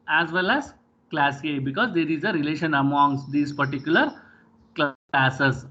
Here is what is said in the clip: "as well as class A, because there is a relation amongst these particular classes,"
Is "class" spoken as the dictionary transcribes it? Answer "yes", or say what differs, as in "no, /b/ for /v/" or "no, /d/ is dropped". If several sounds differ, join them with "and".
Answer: yes